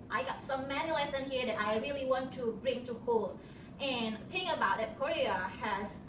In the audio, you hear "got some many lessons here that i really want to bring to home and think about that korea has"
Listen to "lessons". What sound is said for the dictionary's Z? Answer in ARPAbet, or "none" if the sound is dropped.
none